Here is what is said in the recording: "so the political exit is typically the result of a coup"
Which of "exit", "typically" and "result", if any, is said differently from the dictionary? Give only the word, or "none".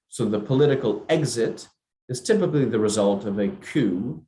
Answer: none